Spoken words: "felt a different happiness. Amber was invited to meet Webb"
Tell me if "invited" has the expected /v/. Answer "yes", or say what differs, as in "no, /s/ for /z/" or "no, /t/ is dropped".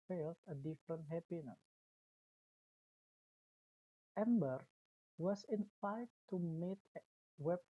no, /f/ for /v/